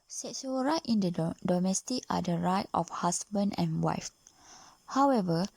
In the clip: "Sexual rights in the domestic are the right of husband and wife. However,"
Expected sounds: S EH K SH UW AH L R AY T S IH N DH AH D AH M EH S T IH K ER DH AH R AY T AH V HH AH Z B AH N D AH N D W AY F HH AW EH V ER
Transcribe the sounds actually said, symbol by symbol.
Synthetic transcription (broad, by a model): S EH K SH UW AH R AY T IH N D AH D AH M EH S T IH K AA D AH R AY T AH F HH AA S B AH N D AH N W AY F HH AW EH V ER